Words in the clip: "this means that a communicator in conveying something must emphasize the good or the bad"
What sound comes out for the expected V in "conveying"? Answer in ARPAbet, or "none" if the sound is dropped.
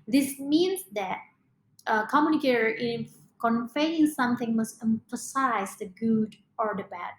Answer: F